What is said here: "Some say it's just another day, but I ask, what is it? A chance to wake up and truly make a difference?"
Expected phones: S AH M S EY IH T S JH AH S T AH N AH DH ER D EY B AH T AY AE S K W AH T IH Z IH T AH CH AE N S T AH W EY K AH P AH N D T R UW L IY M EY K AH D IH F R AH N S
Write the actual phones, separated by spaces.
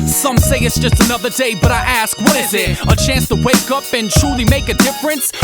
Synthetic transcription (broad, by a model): S AH M S EY IH T S JH AH S T AH N AH DH ER D EY B AH T AY AE S K W AH T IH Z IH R AH CH AE N S T AH W EY K AH P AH N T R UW L IY M EY K AH D IH F R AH N S